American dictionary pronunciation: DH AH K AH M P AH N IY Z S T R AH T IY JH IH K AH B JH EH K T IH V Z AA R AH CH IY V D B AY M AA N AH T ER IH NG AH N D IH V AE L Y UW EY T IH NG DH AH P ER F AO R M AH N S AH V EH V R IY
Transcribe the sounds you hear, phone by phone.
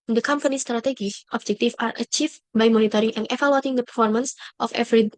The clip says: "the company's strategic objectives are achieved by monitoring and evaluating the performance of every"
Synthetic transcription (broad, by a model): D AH K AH M P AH N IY S T R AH T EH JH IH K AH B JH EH K T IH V AA R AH CH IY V B AY M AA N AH T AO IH NG AH N D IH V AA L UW T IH NG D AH P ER F AO R M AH N S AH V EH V R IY